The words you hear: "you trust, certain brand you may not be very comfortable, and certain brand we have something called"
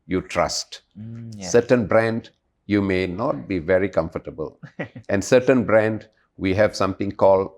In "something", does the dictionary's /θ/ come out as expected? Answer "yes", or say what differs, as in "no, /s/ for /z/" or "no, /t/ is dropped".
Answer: no, /t/ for /θ/